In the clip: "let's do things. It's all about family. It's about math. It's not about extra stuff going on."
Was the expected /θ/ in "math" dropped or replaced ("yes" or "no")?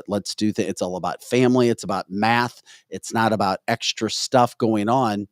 no